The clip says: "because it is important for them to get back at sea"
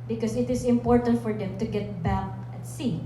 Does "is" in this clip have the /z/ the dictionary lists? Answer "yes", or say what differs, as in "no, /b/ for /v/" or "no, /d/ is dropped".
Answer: no, /s/ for /z/